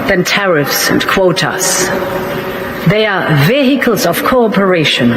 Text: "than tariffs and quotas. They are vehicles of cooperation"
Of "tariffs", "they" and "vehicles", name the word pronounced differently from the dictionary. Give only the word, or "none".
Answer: none